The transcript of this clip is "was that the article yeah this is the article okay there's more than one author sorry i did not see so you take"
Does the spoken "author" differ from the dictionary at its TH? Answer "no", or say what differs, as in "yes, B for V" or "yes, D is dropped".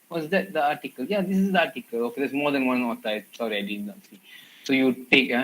yes, T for TH